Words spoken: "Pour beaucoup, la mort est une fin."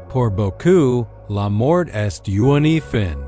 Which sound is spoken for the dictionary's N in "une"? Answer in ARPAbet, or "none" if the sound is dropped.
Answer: N